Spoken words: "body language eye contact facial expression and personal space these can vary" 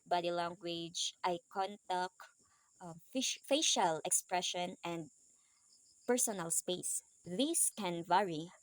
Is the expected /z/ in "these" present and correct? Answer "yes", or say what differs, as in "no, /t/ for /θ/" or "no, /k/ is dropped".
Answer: no, /s/ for /z/